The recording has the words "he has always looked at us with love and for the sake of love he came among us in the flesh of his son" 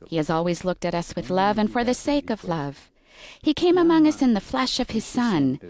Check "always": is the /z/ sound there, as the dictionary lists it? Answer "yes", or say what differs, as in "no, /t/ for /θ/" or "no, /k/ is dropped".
yes